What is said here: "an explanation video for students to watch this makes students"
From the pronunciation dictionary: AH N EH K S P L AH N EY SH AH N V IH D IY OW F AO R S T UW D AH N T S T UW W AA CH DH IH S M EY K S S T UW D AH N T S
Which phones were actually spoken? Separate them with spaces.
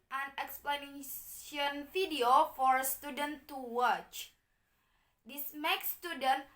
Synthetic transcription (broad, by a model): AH N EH K S P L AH N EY AH N F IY D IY OW F AO R S T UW D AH N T T UW W AA CH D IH S M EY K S S T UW D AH N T